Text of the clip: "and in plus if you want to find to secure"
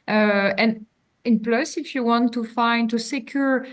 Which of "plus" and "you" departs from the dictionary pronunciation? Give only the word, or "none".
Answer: none